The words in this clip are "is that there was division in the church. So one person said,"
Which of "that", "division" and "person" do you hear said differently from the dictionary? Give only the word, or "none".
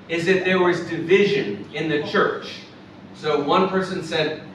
none